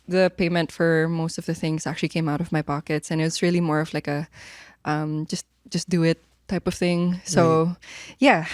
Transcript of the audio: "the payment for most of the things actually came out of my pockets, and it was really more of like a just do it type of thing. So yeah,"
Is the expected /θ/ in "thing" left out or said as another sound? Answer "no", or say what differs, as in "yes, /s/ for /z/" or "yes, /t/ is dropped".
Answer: no